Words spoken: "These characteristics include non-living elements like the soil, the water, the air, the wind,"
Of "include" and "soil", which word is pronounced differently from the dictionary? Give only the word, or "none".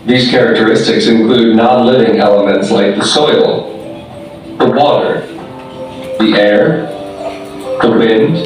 none